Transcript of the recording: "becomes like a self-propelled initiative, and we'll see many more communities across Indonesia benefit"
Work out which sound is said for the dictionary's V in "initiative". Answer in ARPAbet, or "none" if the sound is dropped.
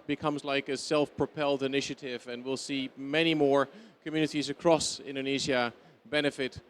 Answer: V